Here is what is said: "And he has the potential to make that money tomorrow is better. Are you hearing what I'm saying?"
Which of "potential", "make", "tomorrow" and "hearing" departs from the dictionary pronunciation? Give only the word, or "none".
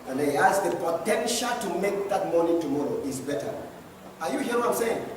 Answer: hearing